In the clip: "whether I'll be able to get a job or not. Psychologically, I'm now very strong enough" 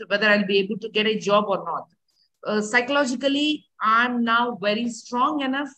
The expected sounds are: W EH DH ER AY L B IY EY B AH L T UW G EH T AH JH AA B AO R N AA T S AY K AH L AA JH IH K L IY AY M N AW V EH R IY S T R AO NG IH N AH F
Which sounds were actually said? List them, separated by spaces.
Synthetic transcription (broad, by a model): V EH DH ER AY L B IY EY B AH L T UW G EH T AH JH AA B AO R N AA T S AY K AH L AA JH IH K L IY AY M N AW V EH R IY S T R AO NG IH N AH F